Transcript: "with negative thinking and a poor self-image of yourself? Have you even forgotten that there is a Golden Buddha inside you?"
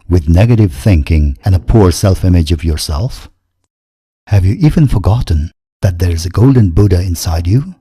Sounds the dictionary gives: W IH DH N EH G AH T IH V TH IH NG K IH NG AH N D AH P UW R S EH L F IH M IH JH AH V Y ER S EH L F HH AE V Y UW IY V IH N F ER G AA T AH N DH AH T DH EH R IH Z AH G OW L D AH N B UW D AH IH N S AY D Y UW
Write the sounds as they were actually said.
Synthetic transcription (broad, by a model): W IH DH N EH G AH T IH V TH IH NG K IH NG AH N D AH P UW R S EH L F IH M IH JH AH V Y ER S EH L F HH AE V Y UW IY V IH N F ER G AA T N DH AH T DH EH R IH Z AH G OW L D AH N B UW D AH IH N S AY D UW